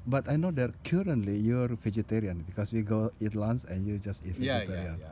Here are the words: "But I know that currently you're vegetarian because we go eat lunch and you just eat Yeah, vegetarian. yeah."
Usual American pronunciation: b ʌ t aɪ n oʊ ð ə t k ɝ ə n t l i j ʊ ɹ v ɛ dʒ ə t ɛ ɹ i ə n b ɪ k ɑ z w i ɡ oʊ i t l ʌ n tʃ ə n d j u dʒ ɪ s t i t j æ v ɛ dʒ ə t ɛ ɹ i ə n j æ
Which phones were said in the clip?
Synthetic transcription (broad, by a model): b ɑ t aɪ n oʊ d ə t k ɝ ə n t l i j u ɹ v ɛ dʒ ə t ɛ ɹ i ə n b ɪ k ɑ s w i ɡ oʊ i t l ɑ n s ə n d j u dʒ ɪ s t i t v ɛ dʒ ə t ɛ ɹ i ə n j